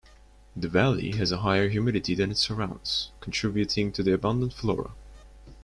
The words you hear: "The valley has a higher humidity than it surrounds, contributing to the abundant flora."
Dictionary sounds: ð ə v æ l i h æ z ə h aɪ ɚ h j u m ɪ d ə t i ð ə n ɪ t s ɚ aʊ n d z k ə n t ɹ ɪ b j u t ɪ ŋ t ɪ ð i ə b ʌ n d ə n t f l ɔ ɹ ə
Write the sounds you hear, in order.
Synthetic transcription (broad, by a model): ð ə v æ l i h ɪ z ə h aɪ ɚ h j u m ɪ d ə t i ð ə n ɪ t s ɚ aʊ n d z k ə n t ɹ ɪ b j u t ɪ ŋ t ɪ ð i ə b ʌ n d ə n t f l ɔ ɹ ə